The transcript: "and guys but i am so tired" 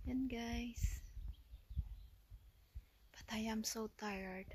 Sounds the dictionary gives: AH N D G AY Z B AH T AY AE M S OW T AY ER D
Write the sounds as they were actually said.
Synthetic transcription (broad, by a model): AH N G AY S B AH T AY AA M S OW T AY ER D